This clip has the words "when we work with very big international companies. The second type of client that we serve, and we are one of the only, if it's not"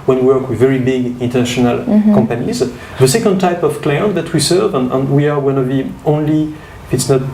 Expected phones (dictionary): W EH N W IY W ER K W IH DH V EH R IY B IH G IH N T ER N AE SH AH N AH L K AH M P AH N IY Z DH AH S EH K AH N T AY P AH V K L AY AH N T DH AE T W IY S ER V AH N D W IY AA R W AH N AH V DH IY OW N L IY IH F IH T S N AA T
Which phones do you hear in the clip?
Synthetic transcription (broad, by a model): W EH N W IY W ER K W IH DH V EH R IY B IH G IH N T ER N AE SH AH N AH L K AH M P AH N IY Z DH AH S EH K AH N T AY P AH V K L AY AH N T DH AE T W IY S ER V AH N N W IY AA R W AH N AH V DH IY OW N L IY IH F IH T S N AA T